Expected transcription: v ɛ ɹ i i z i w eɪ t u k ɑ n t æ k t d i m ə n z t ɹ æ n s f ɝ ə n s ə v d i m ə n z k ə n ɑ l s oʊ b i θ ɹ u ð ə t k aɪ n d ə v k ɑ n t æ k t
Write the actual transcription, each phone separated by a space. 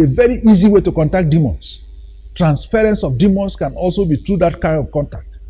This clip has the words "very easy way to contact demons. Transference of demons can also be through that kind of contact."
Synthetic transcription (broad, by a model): v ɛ ɹ i i z i w eɪ t u k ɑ n t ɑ k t d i m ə n s t ɹ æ n s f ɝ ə n s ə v d i m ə n s k ə n ɑ l s oʊ b i t ɹ u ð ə t k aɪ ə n k ɑ n t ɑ k t